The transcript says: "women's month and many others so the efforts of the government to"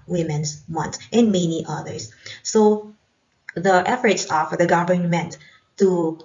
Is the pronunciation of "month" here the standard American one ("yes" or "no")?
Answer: no